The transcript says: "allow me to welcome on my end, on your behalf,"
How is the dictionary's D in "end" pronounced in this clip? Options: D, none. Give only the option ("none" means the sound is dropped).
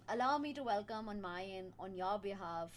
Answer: none